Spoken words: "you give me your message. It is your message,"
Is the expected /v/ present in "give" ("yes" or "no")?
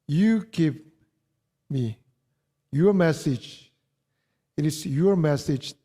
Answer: no